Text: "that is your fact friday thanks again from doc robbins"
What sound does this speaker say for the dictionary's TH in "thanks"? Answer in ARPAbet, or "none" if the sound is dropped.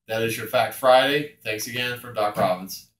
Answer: TH